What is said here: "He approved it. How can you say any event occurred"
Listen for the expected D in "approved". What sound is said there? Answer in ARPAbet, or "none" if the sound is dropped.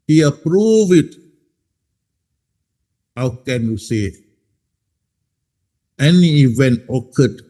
none